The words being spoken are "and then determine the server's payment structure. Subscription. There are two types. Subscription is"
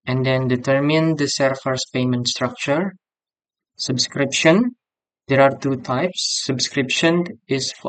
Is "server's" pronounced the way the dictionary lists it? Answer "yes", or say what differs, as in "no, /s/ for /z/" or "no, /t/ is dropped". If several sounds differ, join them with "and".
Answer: no, /f/ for /v/ and /s/ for /z/